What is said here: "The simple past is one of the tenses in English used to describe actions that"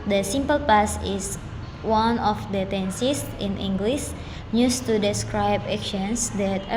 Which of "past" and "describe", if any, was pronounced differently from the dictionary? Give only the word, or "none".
past